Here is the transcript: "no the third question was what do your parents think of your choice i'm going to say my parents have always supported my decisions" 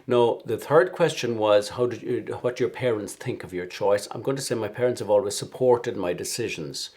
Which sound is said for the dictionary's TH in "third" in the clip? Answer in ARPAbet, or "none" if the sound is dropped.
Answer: TH